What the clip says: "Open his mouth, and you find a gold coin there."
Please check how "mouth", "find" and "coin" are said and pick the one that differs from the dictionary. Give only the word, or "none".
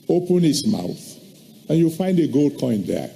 none